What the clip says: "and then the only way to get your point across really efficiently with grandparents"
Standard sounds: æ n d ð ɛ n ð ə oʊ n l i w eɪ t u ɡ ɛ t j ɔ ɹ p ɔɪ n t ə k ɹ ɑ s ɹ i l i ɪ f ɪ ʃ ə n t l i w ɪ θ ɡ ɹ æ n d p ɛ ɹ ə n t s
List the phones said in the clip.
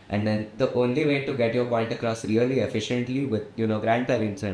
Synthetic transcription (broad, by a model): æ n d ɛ n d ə oʊ n l i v eɪ t u ɡ ɛ t j ɔ ɹ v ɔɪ l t ə k ɹ ɑ s ɹ i l i ɪ f ɪ ʃ ə n t l i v ɪ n ɡ ɹ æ n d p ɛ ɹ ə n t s